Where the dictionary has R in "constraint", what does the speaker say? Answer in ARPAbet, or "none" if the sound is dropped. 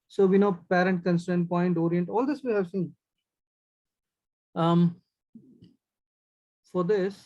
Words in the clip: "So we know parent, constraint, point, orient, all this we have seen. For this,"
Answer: none